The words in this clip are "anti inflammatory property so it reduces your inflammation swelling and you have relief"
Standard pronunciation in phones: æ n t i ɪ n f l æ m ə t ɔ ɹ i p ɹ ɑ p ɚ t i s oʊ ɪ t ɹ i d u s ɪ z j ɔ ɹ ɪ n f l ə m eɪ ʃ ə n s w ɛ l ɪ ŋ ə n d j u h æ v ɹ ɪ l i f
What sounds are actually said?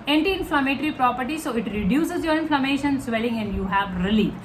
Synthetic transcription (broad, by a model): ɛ n t i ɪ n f l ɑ m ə t ɹ i p ɹ ɑ p ɚ t i s oʊ ɪ t ɹ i d u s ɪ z j ɔ ɹ ɪ n f l ə m eɪ ʃ ə n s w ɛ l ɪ ŋ ə n d j u h æ v ɹ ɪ l i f